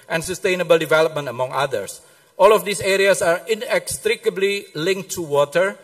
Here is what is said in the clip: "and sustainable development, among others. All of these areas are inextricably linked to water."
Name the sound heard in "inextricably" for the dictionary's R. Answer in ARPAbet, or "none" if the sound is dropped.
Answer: R